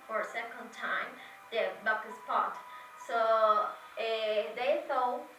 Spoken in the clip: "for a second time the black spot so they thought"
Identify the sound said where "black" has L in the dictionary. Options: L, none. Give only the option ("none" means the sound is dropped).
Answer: none